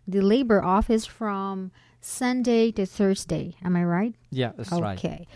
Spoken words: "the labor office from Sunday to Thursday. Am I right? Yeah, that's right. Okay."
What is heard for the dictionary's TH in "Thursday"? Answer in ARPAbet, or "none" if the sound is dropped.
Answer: TH